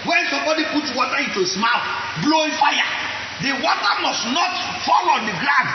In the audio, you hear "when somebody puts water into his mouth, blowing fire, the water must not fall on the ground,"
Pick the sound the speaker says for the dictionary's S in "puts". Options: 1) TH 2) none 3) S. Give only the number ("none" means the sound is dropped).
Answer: 2